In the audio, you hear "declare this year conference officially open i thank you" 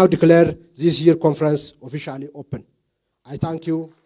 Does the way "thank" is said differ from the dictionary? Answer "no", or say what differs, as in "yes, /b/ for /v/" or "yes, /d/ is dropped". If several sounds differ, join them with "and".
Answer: yes, /t/ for /θ/